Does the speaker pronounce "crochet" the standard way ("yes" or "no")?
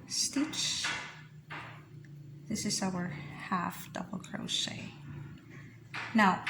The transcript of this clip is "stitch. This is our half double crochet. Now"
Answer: no